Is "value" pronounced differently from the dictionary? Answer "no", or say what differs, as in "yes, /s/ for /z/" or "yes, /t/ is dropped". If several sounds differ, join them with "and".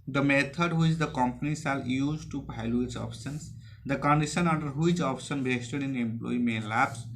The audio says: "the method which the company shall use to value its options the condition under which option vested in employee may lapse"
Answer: yes, /p/ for /v/